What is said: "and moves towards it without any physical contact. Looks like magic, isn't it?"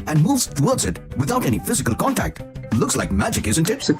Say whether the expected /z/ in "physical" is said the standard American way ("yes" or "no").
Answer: yes